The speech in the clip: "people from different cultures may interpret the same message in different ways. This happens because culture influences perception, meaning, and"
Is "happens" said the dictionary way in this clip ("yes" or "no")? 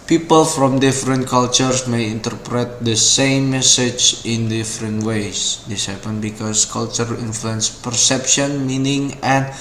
no